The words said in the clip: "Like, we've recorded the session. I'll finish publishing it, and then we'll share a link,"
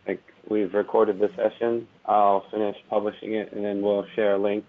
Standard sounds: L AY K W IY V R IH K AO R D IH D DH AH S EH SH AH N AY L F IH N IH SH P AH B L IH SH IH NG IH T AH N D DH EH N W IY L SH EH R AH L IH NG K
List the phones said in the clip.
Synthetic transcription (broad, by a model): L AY K W IY V R IH K AO R D IH D DH AH S EH SH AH N AY L F IH N IH SH P AH B L IH SH IH NG IH T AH N DH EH N W IY L SH EH R AH L IH NG K